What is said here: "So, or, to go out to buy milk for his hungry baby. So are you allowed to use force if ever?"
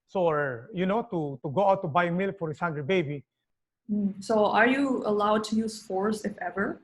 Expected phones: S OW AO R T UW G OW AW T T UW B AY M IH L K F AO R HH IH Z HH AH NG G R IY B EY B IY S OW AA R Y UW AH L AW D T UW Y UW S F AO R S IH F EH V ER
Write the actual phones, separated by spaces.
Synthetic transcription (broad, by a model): S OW AO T T UW G OW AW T T UW B AY M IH L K F AO R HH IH S HH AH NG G IY B EY B IY S OW AA R Y UW AH L AW D T UW Y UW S F AO R S IH F EH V ER